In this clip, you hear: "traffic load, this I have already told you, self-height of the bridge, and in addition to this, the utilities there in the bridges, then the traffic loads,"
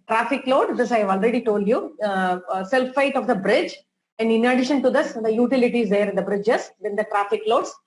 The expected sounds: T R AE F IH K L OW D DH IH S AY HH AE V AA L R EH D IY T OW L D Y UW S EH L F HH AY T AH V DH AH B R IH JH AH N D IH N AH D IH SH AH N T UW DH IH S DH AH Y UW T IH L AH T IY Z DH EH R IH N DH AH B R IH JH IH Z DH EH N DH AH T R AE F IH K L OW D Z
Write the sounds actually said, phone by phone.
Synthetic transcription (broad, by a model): T R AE F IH K L OW D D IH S AY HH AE V AA L R EH D IY T OW L D Y UW S EH L F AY T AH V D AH B R IH JH AH N D IH N AH D IH SH AH N T UW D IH S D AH Y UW T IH L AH T IY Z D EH R IH N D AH B R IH JH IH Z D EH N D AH T R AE F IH K L OW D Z